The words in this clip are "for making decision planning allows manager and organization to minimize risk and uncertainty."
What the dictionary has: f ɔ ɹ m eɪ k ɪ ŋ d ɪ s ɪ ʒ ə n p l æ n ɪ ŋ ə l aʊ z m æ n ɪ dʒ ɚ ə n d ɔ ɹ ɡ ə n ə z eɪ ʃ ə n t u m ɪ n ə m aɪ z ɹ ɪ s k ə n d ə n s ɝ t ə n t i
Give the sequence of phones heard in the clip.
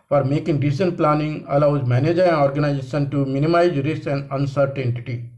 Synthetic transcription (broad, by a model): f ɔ ɹ m eɪ k ɪ ŋ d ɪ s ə n p l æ n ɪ ŋ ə l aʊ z m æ n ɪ dʒ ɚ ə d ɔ ɹ ɡ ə n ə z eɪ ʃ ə n t u m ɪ n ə m aɪ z ɹ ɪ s ə n d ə n s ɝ t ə n t i